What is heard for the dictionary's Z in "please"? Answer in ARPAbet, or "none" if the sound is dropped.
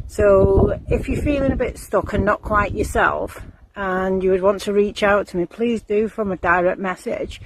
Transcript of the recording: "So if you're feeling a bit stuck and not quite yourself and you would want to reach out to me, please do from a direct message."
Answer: Z